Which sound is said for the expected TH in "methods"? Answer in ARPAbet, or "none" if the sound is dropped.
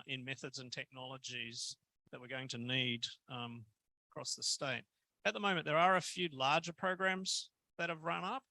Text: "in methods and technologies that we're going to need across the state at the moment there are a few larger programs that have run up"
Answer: TH